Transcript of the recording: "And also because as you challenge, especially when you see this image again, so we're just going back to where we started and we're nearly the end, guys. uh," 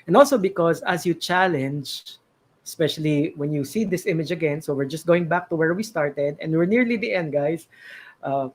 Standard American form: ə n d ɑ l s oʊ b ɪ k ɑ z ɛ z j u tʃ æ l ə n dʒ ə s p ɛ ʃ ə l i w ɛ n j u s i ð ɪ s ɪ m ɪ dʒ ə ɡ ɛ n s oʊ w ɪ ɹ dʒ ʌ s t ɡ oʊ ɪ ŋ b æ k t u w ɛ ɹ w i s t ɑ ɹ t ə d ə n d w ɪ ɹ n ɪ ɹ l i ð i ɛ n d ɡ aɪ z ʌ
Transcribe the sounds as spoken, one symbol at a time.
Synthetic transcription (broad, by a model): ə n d ɑ l s oʊ b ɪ k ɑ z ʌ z j u tʃ æ l ə n dʒ ə s p ɛ ʃ ə l i w ɛ n j u s i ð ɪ s ɪ m ɪ dʒ ə ɡ ɛ n s oʊ w ɪ ɹ dʒ ʌ s t ɡ oʊ ɪ ŋ b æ k t u w ɛ ɹ w i s t ɑ ɹ t ə d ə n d w ɪ ɹ n ɪ ɹ l i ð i ɛ n d ɡ aɪ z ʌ